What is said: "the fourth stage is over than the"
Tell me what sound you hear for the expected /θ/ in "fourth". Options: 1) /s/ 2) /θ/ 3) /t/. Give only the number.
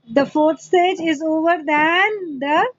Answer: 3